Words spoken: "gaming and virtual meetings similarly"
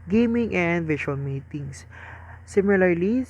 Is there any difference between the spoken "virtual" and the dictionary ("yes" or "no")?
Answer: yes